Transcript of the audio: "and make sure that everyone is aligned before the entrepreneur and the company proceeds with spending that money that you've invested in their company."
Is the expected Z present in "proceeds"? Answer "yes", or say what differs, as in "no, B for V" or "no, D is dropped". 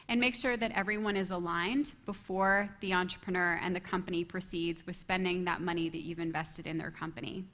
yes